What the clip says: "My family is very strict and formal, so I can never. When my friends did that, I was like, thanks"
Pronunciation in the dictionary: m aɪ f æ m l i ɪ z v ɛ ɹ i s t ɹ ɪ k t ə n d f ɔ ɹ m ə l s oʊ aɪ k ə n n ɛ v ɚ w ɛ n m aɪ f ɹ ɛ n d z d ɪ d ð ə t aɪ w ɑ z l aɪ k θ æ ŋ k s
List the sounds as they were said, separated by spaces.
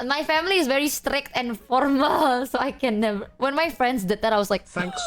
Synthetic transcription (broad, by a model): m aɪ f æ m l i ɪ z v ɛ ɹ i s t ɹ ɪ k t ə n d f ɔ ɹ m ə l s oʊ aɪ k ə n n ɛ v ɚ w ɛ n m aɪ f ɹ ɛ n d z d ɪ d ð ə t aɪ w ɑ s l aɪ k k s